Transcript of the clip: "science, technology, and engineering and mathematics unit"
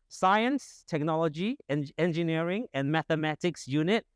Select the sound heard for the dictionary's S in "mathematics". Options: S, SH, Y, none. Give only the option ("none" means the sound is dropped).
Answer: S